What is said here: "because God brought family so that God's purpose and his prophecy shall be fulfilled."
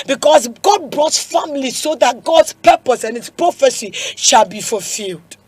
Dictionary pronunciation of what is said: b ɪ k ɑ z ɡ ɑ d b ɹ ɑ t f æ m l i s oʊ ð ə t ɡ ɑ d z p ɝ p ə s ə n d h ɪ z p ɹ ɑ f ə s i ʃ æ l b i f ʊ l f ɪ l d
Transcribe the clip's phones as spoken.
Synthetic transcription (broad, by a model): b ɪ k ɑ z ɡ ɑ d b ɹ ɑ t f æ m l i s oʊ ð ə t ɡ ɑ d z p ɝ p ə s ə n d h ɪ s p ɹ ɑ f ə s i ʃ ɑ l b i f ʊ l f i l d